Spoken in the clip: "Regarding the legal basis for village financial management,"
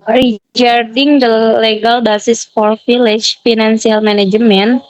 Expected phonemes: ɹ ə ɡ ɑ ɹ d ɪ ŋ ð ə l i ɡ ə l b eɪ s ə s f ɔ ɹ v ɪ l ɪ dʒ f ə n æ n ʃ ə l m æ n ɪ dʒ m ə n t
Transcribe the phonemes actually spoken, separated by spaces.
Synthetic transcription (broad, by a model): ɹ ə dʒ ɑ ɹ d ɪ ŋ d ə l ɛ ɡ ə l b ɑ s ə s f ɔ ɹ f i l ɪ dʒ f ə n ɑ n s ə l m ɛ n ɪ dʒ m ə n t